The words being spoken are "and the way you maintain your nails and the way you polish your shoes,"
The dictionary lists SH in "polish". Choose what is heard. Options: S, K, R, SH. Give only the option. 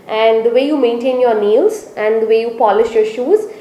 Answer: SH